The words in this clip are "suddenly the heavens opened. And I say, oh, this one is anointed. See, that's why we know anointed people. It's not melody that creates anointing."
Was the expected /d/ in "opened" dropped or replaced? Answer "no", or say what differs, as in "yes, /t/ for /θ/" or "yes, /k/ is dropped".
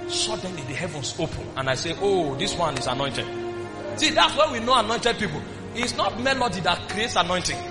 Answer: yes, /d/ is dropped